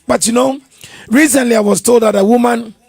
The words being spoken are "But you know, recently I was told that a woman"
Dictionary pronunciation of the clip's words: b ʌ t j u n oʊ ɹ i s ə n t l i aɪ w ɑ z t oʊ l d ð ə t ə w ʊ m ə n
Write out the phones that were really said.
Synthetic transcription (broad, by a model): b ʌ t j u n oʊ ɹ i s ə n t l i aɪ w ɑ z t oʊ l d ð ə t ə w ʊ m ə n